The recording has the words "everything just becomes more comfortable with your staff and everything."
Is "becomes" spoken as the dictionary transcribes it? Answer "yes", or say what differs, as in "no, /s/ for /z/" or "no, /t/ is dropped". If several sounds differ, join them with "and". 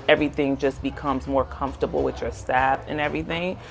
yes